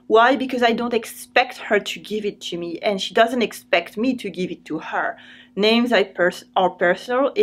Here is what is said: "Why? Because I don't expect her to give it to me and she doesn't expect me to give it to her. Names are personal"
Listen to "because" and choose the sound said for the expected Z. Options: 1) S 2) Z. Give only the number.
2